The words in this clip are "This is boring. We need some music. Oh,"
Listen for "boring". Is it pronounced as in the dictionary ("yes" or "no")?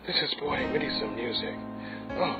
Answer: no